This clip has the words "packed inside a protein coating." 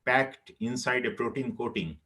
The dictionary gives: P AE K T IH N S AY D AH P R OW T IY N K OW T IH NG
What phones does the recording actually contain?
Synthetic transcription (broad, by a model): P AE K T IH N S AY D AH P R OW T IY N K OW T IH NG